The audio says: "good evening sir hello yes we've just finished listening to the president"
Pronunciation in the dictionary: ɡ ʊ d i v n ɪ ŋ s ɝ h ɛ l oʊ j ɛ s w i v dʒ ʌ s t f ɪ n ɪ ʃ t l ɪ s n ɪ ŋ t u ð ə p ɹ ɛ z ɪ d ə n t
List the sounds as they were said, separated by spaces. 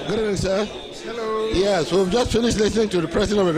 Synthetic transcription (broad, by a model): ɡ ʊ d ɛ n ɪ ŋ s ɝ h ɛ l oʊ j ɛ s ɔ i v dʒ ʌ s t f ɪ n ɪ ʃ t l ɪ s n ɪ ŋ t u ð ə p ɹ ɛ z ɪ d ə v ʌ